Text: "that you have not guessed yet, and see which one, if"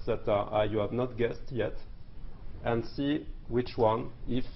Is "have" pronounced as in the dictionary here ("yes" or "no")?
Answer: yes